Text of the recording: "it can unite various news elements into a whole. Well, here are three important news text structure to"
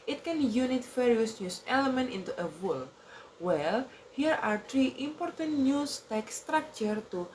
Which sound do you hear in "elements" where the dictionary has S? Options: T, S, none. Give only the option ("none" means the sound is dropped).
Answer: none